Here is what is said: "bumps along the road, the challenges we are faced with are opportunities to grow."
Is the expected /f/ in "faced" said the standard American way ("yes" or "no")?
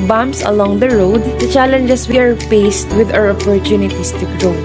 no